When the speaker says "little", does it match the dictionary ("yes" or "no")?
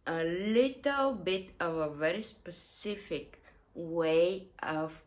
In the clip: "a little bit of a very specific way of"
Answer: yes